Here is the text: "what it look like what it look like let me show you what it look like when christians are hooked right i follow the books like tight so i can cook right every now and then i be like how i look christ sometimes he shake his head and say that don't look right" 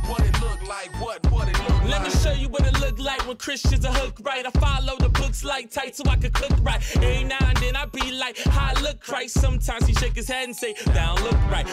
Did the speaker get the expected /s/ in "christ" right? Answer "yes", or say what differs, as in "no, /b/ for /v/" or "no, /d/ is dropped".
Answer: no, /s/ is dropped